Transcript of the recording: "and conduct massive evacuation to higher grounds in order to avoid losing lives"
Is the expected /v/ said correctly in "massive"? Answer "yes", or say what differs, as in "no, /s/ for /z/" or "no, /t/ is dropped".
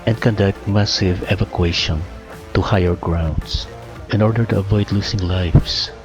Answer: yes